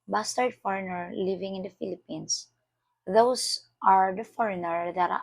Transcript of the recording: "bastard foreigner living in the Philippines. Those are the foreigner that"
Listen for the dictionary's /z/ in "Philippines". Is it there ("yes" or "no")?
no